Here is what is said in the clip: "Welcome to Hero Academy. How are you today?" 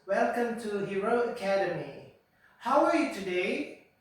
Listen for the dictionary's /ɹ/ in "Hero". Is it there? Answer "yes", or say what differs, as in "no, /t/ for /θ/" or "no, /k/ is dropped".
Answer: yes